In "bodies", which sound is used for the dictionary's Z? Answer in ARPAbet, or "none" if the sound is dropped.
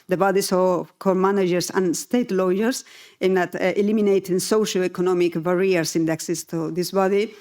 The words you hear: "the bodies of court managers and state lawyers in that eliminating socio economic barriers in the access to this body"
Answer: S